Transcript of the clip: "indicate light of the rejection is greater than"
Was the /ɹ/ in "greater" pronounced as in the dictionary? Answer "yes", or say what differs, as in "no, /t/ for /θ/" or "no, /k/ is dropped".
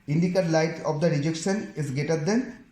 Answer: no, /ɹ/ is dropped